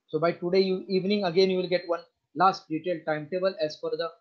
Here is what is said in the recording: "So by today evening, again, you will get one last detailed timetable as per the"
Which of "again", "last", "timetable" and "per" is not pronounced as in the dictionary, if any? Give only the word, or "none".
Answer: per